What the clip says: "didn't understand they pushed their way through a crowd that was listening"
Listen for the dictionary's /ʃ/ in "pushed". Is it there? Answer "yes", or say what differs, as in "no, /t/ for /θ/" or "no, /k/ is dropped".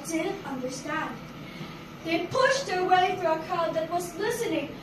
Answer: yes